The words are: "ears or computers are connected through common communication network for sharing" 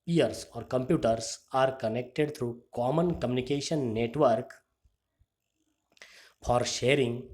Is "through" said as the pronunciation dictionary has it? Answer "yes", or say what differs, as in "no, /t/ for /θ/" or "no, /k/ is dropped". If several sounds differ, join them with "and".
no, /t/ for /θ/